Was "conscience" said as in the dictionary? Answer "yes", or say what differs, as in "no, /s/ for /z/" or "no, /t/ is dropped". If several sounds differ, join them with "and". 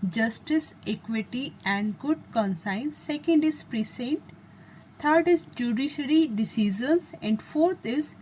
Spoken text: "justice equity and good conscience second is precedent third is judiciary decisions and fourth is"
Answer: no, /s/ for /ʃ/